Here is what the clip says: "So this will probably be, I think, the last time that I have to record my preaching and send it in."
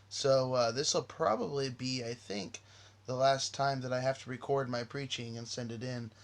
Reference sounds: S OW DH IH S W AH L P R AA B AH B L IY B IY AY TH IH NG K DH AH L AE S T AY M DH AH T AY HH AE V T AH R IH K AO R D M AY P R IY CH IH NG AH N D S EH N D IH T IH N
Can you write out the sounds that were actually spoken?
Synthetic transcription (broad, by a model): S OW DH IH S W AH L P R AA B AH B L IY B IY AY TH IH NG K DH AH L AE S T AY M DH AH T AY HH AE F T AH R IH K AO R D M AY P R IY CH IH NG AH N S EH N D IH T IH N